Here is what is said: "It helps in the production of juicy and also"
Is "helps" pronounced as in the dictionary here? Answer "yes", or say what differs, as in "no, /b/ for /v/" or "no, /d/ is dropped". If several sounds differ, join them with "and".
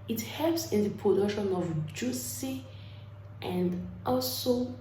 no, /l/ is dropped